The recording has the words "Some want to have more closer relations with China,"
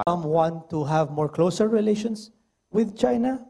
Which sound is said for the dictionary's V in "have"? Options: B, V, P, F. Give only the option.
V